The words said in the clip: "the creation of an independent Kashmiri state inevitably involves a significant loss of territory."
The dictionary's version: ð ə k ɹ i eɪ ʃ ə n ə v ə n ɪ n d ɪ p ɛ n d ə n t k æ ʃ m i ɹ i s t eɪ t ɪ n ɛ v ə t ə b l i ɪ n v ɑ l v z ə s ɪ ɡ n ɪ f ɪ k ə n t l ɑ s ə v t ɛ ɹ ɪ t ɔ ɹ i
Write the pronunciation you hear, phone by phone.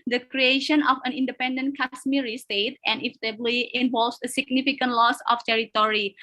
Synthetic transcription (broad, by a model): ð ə k ɹ i eɪ ʃ ə n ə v ə n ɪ n d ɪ p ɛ n d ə n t k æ s m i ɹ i s t eɪ t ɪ n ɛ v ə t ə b l i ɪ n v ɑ l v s ə s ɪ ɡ n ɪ f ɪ k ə n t l ɑ s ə f t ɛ ɹ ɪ t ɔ ɹ i